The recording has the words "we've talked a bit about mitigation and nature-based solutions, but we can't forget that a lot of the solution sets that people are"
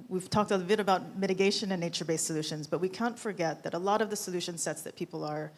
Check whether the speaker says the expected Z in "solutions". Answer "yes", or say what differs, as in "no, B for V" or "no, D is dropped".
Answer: yes